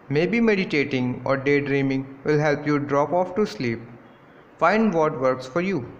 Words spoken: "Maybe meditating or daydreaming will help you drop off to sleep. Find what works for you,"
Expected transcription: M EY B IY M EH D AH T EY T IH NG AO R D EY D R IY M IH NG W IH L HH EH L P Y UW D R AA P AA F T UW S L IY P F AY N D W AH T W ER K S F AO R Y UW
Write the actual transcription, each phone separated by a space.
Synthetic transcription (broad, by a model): M EY B IY M EH D AH T EY T IH NG AO R D EY D R IY M IH NG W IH L HH EH L P Y UW D R AA P AA F T UW S L IY P F AY N D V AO T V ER K S F AO R Y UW